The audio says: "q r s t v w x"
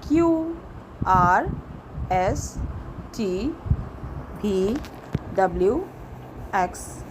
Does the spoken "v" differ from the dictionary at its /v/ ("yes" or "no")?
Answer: yes